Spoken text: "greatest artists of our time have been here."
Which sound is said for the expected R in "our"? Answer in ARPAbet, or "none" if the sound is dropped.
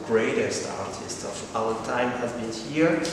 L